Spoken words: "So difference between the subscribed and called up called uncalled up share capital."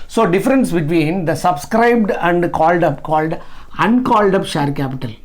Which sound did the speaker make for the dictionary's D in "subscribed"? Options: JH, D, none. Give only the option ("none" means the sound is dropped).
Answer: D